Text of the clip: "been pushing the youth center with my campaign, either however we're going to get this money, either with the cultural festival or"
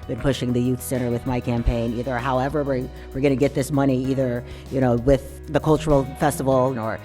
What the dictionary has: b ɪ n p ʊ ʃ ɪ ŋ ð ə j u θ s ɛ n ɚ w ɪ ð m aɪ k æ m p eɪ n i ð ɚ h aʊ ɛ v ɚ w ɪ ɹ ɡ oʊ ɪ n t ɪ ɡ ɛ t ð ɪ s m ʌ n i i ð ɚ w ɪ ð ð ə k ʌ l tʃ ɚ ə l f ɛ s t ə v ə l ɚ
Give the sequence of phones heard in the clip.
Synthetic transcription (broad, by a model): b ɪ n p ʊ ʃ ɪ ŋ ð ə j u θ s ɛ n ɚ w ɪ ð m aɪ k æ m p eɪ n i ð ɚ h aʊ ɛ v ɚ w ɪ ɹ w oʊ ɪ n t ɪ ɡ ɛ t ð ɪ s m ʌ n i i ð ɚ w ɪ ð ð ə k ʌ l tʃ ɚ l f ɛ s t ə v l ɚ